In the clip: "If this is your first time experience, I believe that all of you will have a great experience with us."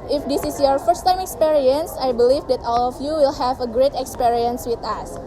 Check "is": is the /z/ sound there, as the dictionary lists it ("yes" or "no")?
no